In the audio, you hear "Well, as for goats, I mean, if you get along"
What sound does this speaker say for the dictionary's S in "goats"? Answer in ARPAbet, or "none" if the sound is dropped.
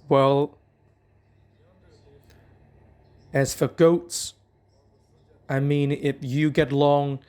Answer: S